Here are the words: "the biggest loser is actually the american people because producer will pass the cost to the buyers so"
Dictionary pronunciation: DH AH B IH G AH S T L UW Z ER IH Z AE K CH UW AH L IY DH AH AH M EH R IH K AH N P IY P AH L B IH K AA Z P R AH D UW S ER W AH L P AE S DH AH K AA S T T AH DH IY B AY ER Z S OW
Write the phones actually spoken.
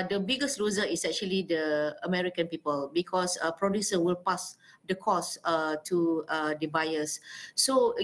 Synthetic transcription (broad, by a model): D AH B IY G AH S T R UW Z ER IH S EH K CH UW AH L IY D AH AH M EH R IH K AH N P IY P AH L B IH K AA S P R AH D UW S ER W AH L P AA S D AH K AA S T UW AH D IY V AY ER S OW